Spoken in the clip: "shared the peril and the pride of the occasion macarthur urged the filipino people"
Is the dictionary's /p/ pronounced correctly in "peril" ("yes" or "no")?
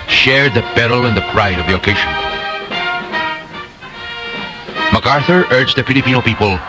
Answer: no